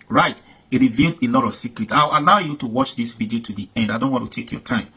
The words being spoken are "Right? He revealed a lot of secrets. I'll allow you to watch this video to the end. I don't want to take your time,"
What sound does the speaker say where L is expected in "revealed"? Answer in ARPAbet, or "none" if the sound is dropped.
L